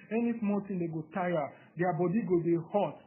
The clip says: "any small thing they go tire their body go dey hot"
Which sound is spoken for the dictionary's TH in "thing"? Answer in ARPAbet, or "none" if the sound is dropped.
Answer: T